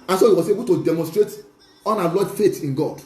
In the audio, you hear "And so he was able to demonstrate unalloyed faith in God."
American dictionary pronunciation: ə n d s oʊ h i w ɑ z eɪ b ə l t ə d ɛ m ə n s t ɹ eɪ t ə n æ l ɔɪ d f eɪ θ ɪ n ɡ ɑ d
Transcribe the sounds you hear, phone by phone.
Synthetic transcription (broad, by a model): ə n s oʊ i w ɑ s eɪ b ə l t ə d ɛ m ə n s t ɹ eɪ t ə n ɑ l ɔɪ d f eɪ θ ɪ n ɡ ɑ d